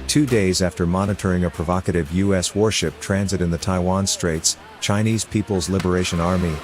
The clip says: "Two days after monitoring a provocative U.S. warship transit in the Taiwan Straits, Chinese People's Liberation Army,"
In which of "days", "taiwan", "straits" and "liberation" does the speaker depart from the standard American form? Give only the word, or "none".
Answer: none